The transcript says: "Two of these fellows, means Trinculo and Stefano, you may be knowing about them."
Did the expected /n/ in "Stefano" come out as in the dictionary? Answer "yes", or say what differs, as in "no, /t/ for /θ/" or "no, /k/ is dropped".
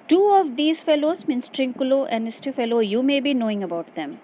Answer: no, /l/ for /n/